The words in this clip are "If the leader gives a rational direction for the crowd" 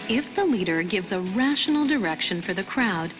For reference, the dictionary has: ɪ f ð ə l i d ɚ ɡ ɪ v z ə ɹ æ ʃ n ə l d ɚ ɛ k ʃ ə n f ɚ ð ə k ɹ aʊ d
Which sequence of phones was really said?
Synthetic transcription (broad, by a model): ɪ f ð ə l i d ɚ ɡ ɪ v z ə ɹ æ ʃ n l d ɚ ɛ k ʃ ə n f ɚ ð ə k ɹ aʊ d